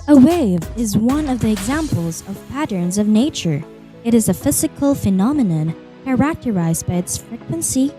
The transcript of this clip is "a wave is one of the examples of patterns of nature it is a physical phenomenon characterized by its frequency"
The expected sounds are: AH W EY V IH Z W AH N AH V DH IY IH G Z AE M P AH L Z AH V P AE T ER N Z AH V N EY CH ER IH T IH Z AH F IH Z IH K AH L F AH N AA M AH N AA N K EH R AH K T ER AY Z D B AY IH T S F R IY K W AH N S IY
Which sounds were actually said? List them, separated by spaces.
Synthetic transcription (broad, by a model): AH W EY V IH Z W AH N AH V DH IY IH G Z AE M P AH L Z AH V P AE T ER N Z AH V N EY CH ER IH T IH Z AH F IH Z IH K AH L F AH N AA M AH N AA N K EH R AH K T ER AY Z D B AY IH T S F R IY K W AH N S IY